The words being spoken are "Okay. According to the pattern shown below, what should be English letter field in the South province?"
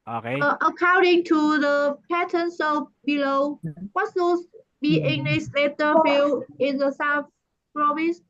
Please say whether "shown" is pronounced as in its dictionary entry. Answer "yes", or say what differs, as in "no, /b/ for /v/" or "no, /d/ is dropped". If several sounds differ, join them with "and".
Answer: no, /s/ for /ʃ/